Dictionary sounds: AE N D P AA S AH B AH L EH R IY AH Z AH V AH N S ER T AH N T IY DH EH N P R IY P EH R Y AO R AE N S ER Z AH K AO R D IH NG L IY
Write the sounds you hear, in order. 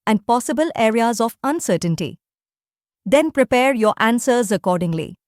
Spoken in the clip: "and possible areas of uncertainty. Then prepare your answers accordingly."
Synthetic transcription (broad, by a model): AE N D P AA S AH B AH L EH R IY AH Z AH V AH N S ER T AH N T IY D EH N P R IY P EH R Y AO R AE N S ER Z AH K AO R D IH NG L IY